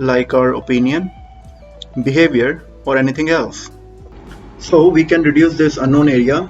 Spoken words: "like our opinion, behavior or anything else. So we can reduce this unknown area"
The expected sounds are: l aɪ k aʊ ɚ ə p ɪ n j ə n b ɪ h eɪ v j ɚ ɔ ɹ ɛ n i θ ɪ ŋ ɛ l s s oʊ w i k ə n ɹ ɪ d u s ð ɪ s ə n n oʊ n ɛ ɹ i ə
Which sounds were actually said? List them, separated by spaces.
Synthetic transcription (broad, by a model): l aɪ k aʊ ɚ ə p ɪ n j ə n b ɪ h eɪ v j ɚ ɔ ɹ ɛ n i t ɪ ŋ ɛ l s s oʊ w i k ə n ɹ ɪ d u s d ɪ s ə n n oʊ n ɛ ɹ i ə